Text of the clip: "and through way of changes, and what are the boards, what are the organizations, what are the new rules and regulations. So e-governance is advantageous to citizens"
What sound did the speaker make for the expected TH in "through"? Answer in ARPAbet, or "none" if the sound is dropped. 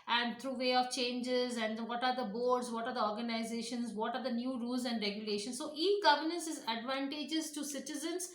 T